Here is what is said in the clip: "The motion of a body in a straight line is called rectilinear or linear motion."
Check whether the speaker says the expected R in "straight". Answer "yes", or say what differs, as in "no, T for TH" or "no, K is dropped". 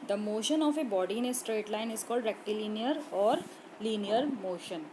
yes